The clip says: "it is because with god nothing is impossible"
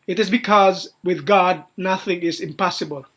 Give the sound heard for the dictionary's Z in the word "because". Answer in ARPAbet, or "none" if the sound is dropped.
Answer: Z